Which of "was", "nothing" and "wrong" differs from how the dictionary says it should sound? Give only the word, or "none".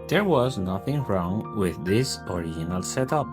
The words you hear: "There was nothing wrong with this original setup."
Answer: none